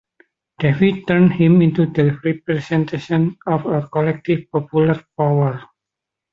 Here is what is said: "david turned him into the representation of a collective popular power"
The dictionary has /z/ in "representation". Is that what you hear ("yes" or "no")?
no